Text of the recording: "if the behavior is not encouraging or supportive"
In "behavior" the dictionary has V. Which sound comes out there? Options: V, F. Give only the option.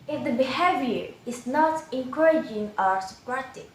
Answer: V